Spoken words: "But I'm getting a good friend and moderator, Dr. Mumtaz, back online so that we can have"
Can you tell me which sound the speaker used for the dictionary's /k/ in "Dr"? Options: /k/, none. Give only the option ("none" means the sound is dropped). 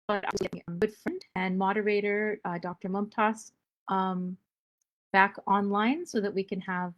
/k/